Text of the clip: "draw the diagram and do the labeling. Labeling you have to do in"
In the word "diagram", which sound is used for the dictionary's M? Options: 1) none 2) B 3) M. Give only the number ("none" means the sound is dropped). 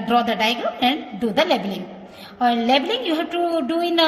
1